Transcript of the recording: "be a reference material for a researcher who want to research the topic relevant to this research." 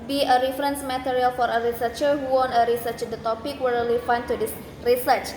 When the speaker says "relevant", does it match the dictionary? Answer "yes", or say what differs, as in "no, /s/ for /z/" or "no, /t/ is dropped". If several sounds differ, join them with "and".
no, /w/ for /ɹ/ and /f/ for /v/